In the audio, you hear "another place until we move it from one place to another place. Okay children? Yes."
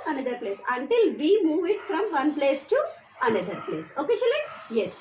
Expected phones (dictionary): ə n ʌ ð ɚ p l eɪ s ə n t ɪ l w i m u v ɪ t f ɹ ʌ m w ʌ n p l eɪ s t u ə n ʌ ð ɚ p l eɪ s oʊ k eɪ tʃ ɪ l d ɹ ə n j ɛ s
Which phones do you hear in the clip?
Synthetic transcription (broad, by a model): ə n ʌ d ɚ p l eɪ s ə n t ɪ l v i m u v ɪ t f ɹ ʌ m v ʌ n p l eɪ s t u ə n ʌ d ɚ p l eɪ s oʊ k eɪ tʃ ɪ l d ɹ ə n j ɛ s